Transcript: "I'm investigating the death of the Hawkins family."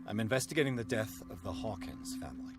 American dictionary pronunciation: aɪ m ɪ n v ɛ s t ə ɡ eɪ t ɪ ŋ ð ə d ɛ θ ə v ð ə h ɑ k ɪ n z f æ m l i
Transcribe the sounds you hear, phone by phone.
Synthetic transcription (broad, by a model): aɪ m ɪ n v ɛ s t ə ɡ eɪ t ɪ ŋ ð ə d ɛ θ ə v ð ə h ɑ k ɪ n z f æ m l i